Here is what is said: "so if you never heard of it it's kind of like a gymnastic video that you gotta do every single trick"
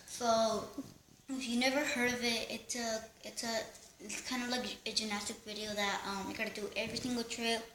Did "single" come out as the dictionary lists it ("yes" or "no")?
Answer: no